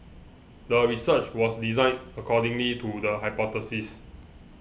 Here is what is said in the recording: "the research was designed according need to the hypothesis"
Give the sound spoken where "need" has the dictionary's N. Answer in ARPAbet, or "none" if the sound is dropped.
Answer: L